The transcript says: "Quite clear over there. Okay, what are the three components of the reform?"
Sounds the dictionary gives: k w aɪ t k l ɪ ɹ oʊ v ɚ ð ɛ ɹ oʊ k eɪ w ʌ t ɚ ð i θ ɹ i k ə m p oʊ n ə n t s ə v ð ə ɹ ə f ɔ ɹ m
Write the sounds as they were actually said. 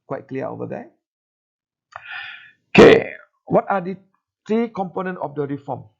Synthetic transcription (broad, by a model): k w aɪ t k l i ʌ oʊ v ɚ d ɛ oʊ k eɪ w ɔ t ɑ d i t ɹ i k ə m p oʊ n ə n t ə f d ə ɹ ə f ɔ m